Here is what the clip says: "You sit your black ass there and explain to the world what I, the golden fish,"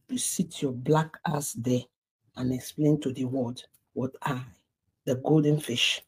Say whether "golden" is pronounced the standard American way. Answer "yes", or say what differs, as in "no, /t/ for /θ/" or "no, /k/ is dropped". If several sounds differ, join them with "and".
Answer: yes